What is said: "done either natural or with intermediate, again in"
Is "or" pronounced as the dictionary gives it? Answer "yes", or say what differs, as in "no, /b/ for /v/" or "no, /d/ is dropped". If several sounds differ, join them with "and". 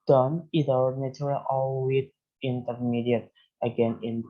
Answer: no, /l/ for /ɹ/